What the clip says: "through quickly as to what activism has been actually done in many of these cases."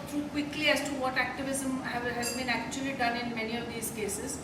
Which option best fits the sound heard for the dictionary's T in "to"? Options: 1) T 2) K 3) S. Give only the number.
1